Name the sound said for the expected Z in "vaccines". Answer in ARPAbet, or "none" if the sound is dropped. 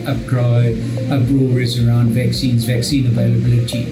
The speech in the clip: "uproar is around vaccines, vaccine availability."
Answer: Z